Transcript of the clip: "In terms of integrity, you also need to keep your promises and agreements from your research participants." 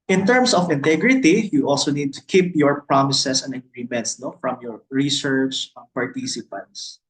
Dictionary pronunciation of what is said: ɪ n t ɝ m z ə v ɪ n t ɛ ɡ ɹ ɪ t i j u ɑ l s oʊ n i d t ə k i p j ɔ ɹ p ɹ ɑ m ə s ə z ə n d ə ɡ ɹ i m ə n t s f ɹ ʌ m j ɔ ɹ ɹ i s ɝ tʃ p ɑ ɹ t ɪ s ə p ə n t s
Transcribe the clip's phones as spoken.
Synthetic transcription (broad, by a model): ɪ n t ɝ m s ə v ɪ n t ɛ ɡ ɹ ɪ t i j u ɑ l s oʊ n i d t ə k i p j ɔ ɹ p ɹ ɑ m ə s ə s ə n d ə ɡ ɹ i m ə n t s f ɹ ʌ m j ɔ ɹ ɹ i s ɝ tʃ p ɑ ɹ t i s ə p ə n t s